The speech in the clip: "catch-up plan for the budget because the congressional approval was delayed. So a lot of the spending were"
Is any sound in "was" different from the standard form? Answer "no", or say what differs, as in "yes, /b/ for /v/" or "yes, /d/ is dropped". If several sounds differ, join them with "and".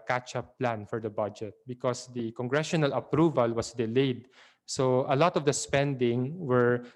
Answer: yes, /s/ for /z/